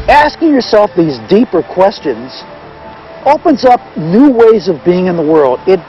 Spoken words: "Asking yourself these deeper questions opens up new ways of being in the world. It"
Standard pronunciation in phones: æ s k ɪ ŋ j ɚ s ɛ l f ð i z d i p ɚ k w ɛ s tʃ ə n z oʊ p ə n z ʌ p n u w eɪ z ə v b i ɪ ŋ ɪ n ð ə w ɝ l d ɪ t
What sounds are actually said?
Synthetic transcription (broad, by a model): æ s k ɪ ŋ j ɚ s ɛ l f ð i z d i p ɚ k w ɛ s tʃ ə n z oʊ p ə n z ʌ p n u w eɪ z ə v b i ɪ ŋ ɪ n ð ə w ɝ l d ɪ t